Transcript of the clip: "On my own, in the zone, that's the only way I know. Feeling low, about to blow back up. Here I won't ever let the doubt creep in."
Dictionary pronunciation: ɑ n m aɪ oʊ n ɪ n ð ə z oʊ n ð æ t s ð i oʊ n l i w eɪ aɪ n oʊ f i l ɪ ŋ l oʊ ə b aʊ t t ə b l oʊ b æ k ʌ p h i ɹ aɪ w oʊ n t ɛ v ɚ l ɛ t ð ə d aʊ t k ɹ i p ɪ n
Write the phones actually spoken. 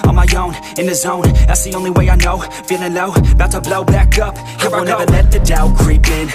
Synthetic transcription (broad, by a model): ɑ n m aɪ oʊ n ɪ n ð ə z oʊ n ð æ t s ð i oʊ n l i w eɪ aɪ n oʊ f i n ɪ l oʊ ə b aʊ t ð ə b l oʊ b æ k ʌ p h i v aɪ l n ɛ v ɚ l ɛ t ð ə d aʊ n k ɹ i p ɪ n